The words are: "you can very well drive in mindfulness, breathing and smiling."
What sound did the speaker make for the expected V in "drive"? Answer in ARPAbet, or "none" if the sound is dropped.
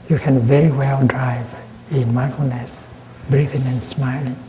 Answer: V